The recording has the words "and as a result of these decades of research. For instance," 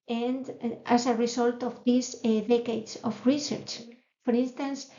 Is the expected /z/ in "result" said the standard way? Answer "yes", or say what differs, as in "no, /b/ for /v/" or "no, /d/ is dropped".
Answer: no, /s/ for /z/